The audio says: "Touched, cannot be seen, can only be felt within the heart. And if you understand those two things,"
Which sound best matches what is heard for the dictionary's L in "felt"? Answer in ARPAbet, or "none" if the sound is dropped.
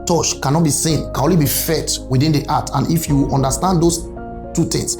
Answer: none